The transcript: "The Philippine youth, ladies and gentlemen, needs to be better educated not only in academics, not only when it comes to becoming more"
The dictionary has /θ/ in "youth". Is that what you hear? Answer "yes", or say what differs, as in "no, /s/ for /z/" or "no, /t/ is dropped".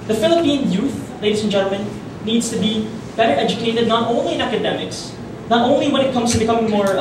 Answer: yes